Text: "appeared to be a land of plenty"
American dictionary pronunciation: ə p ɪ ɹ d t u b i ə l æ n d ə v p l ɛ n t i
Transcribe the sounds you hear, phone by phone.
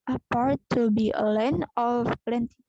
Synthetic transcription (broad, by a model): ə p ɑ ɹ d t u b i ə l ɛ n ə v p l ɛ n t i